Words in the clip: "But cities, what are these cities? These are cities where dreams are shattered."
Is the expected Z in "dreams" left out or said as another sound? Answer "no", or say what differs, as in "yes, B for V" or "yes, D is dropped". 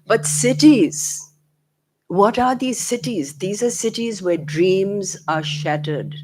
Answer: no